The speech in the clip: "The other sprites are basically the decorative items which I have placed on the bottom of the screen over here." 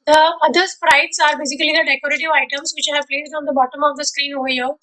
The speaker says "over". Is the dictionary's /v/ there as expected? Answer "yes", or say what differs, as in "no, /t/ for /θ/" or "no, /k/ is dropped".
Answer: no, /v/ is dropped